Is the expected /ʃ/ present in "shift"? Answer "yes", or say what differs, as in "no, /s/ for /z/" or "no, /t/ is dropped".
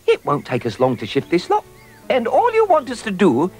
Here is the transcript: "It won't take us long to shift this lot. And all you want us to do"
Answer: yes